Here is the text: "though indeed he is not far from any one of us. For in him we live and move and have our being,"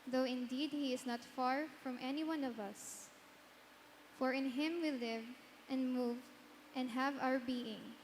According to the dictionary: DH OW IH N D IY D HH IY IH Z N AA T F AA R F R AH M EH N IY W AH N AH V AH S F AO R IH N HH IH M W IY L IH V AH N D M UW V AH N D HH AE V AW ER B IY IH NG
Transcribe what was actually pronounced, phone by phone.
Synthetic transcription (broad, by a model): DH OW IH N D IY D HH IY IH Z N AA T F AA R F R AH M EH N IY W AH N AH V AH S F AO R IH N HH IH M W IY L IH V AH N D M UW V AH N D HH AE V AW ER B IY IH NG